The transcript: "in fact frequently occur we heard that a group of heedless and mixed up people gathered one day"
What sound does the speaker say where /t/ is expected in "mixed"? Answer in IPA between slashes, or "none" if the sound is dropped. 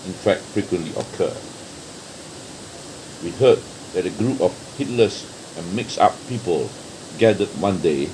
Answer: none